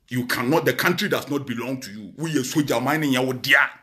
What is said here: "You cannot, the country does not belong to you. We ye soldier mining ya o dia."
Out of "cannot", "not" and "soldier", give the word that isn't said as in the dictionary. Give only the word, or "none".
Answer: soldier